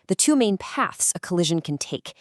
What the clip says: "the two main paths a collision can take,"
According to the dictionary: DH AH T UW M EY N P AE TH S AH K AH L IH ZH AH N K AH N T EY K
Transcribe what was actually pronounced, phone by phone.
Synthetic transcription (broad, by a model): DH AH T UW M EY N P AE TH S AH K AH L IH ZH AH N K AH N T EY K